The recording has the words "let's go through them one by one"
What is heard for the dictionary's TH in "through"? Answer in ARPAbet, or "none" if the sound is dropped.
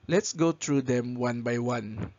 T